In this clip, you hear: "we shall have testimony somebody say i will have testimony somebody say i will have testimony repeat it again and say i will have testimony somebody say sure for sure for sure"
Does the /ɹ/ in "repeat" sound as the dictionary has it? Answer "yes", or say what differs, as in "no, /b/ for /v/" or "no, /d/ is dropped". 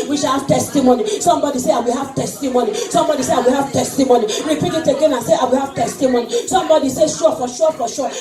no, /w/ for /ɹ/